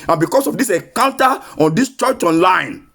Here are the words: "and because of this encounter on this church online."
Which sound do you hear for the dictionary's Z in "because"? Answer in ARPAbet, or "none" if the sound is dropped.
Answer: S